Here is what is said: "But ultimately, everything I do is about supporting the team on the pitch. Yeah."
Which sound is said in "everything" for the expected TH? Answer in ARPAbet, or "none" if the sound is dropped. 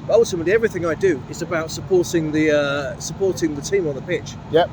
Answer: TH